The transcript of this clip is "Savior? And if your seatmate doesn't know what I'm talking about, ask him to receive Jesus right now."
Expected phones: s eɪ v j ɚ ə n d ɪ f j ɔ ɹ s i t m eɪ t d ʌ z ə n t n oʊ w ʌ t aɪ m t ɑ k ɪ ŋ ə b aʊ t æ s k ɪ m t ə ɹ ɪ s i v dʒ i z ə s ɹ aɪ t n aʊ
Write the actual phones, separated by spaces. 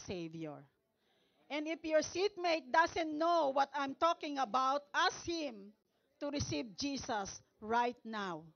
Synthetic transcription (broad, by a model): s eɪ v j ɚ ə n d ɪ f j ɔ ɹ s i t m eɪ t d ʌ s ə n t n oʊ w ʌ t aɪ m t ɑ k ɪ ŋ ə b aʊ t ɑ s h ɪ m t ə ɹ ɪ s i v dʒ i s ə s ɹ aɪ t n aʊ